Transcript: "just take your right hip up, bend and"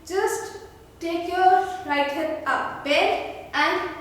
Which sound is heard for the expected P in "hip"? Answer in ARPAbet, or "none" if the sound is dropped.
none